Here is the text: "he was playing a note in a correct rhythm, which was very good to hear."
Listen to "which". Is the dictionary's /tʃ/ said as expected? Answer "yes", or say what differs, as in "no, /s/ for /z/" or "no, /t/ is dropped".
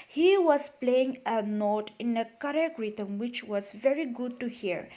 yes